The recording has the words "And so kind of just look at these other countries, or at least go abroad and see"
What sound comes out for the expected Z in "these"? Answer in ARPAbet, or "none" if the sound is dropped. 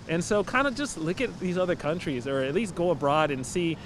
Z